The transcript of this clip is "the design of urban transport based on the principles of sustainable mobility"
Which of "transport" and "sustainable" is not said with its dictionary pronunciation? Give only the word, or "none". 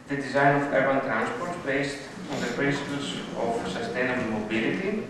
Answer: none